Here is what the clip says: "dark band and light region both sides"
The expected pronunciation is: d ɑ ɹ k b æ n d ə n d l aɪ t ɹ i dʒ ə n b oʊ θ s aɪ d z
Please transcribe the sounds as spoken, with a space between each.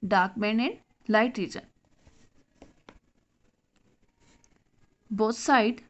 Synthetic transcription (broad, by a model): d ɑ ɹ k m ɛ n ə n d l aɪ t ɹ i dʒ ə n b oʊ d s aɪ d